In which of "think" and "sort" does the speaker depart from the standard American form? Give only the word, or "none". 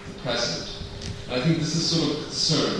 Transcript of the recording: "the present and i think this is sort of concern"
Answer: none